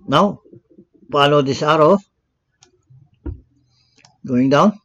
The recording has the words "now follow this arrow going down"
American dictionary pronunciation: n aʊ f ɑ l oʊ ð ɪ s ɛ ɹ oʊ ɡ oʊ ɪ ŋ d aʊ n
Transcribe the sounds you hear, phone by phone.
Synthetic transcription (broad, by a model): n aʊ p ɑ l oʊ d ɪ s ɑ ɹ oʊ ɡ oʊ ɪ ŋ d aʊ n